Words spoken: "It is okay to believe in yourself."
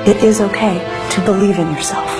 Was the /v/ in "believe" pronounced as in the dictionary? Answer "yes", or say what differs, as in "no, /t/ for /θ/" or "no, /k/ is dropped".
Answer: yes